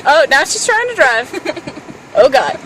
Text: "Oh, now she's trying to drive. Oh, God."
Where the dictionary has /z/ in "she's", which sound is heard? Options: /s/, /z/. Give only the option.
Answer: /s/